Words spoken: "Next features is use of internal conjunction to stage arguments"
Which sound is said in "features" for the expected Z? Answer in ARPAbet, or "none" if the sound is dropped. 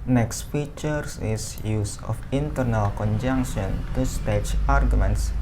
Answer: S